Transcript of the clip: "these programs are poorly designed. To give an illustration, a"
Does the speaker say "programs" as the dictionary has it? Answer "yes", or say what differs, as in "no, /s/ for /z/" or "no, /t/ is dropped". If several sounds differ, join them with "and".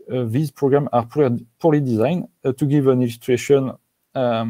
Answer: no, /z/ is dropped